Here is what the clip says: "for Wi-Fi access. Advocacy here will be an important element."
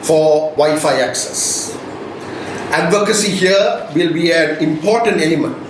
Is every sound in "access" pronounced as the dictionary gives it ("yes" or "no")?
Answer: yes